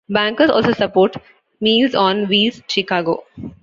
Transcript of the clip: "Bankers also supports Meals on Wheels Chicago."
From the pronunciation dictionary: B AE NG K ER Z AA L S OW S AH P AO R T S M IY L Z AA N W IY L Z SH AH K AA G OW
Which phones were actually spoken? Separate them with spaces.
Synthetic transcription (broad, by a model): B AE NG K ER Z AA L S OW S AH P AO R T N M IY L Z AA N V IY Z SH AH K AA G OW